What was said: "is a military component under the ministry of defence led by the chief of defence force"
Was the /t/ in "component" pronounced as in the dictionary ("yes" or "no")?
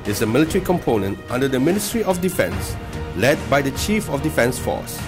yes